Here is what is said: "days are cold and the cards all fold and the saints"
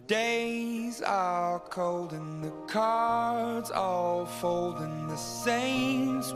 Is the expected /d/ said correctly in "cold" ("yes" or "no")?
yes